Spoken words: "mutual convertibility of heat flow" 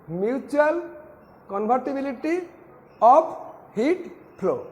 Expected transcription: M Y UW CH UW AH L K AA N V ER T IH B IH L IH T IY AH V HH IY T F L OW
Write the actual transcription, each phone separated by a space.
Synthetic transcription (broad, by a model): M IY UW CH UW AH L K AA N B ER T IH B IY L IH T IY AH P HH IY T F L OW